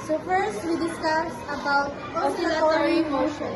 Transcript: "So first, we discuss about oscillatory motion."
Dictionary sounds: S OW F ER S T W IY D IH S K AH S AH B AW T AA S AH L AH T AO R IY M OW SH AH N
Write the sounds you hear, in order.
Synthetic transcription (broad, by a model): S OW F ER S T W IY D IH S K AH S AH B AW AA AH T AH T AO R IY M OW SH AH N